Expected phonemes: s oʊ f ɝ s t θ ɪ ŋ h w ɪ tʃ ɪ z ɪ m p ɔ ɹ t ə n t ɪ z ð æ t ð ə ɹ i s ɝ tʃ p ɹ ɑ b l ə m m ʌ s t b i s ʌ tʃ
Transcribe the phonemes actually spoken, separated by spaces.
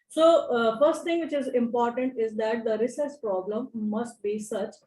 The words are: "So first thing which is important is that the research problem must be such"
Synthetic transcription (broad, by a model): s oʊ f ɝ s t t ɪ ŋ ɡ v ɪ tʃ ɪ z ɪ m p ɔ ɹ t ə n t ɪ z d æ t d ə ɹ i s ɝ s p ɹ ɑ b l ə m m ʌ s t b i s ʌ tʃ